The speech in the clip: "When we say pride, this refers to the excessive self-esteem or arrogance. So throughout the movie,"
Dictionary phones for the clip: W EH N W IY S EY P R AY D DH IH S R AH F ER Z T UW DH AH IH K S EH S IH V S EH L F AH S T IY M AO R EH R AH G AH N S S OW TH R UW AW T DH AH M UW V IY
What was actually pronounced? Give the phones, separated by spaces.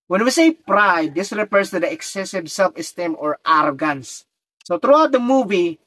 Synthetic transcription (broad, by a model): W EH N W IY S EY P R AY D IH S R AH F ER S T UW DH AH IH K S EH S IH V S EH L F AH S T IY M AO R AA R G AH N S S OW T R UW AW T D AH M UW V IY